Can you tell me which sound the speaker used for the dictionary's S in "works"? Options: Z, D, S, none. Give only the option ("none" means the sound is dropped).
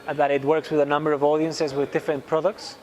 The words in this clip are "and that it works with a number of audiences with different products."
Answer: S